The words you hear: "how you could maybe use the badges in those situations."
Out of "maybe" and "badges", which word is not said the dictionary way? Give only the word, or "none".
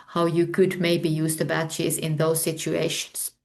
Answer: badges